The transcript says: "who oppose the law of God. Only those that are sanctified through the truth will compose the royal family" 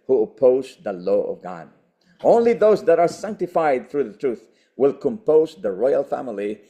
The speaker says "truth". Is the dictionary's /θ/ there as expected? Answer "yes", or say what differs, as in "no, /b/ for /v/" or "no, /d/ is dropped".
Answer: yes